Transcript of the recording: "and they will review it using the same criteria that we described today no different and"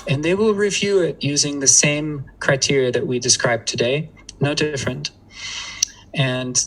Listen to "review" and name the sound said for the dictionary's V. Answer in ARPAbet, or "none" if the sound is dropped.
V